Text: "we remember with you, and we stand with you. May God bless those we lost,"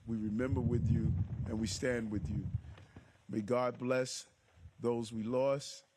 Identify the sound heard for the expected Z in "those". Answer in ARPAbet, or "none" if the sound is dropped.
Z